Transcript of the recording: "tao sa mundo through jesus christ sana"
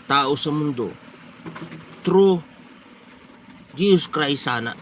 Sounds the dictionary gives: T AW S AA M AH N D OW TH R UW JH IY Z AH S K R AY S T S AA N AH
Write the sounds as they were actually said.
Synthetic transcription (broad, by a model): T AW S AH M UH N D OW T R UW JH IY S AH S K R AY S S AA N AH